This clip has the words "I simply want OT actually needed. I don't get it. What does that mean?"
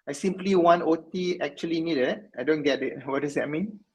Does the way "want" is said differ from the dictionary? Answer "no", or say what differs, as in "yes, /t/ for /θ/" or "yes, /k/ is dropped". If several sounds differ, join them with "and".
yes, /t/ is dropped